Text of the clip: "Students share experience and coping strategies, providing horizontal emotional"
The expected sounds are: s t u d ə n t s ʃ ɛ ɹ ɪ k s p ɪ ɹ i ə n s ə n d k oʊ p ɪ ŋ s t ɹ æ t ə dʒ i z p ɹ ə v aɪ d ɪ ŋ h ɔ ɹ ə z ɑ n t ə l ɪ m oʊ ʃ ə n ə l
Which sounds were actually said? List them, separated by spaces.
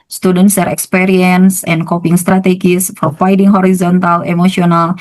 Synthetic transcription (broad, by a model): s t u d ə n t s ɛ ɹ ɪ k s p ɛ ɹ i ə n s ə n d k oʊ p ɪ ŋ s t ɹ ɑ t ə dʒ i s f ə f aɪ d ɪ ŋ h ɔ ɹ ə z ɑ n t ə l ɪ m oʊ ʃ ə n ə l